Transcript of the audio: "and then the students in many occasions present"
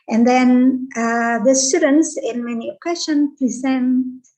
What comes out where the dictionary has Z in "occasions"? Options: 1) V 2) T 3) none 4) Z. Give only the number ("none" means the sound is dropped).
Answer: 3